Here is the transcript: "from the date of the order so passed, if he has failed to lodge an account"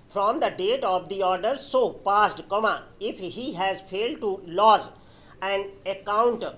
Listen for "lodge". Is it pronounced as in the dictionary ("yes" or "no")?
no